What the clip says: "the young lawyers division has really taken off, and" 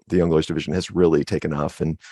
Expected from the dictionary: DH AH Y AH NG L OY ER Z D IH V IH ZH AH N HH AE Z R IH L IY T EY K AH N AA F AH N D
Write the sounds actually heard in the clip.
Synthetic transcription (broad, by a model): DH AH Y AH NG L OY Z D IH V IH ZH AH N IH Z R IH L IY T EY K AH N AA F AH N